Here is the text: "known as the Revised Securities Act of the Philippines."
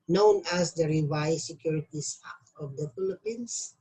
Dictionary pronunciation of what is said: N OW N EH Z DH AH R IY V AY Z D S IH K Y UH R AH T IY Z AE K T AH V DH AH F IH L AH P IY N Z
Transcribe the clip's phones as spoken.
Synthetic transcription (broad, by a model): N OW N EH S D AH R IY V AY S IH K Y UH R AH T IY S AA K AH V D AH F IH L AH P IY N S